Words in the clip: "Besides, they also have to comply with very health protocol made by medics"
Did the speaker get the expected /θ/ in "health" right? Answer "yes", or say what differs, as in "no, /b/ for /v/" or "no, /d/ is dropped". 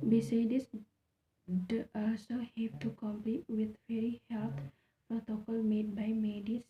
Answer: no, /t/ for /θ/